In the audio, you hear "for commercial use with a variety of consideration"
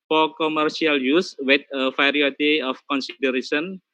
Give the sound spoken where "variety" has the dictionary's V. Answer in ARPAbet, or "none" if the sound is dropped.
F